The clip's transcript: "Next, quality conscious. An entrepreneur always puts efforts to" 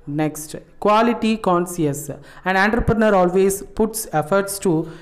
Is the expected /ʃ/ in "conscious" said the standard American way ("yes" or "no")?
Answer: no